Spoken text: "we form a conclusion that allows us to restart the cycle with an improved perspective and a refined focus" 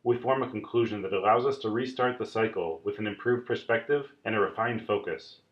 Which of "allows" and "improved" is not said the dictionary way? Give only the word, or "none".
none